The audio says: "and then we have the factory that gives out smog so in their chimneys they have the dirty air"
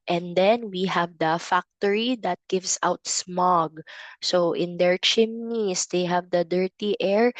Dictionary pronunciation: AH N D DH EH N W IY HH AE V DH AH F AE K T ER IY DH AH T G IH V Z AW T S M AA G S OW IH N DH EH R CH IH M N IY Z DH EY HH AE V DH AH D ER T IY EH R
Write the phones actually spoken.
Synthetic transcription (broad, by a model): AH N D EH N W IY HH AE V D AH F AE K T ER IY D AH T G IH V S AW T S M AA G S OW IH N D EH R CH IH M N IY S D EY HH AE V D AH D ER T IY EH R